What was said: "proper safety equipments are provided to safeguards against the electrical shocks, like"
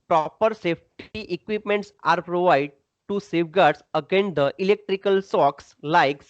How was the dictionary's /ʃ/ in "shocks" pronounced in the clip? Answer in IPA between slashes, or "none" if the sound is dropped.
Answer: /s/